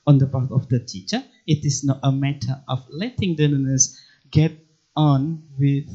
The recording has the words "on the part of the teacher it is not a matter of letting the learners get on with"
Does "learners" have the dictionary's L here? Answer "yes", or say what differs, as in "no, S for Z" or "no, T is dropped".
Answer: no, N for L